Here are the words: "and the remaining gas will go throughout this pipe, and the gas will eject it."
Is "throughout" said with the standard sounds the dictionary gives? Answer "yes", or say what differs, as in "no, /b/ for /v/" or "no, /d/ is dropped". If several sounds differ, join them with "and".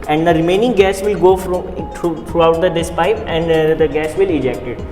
no, /f/ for /θ/